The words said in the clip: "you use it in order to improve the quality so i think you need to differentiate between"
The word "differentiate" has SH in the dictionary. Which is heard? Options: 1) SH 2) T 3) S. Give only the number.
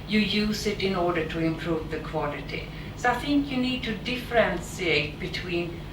3